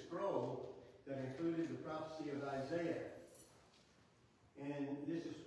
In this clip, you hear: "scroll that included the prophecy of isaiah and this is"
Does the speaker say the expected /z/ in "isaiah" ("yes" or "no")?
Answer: yes